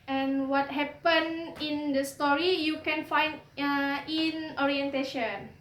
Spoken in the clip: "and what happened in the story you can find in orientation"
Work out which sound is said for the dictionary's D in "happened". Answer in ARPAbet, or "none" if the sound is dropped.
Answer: none